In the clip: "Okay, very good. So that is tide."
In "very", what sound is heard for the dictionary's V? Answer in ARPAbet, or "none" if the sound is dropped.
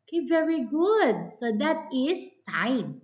V